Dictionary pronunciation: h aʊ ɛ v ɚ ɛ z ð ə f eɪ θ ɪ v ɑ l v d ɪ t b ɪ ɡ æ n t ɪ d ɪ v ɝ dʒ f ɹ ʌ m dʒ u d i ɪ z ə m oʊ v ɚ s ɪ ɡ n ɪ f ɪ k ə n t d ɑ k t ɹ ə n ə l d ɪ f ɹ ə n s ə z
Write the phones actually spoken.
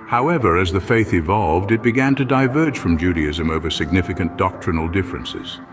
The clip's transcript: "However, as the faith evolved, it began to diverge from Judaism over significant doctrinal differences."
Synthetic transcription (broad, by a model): h aʊ ɛ v ɚ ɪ z ð ə f eɪ θ ɪ v ɑ l v d ɪ t b ɪ ɡ æ n t ɪ d ɪ v ɝ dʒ f ɹ ʌ m dʒ u d i ɪ z ə m oʊ v ɚ s ɪ ɡ n ɪ f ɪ k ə n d ɑ k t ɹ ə n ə l d ɪ f ɹ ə n s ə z